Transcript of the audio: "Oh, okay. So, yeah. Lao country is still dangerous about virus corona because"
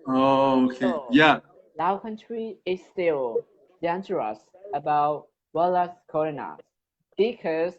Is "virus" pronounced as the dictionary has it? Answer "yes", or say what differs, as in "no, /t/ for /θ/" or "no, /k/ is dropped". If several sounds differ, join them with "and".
no, /w/ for /v/ and /l/ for /ɹ/